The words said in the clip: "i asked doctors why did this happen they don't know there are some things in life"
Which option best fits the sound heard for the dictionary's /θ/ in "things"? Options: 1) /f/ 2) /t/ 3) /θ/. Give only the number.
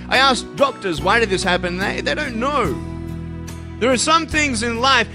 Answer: 3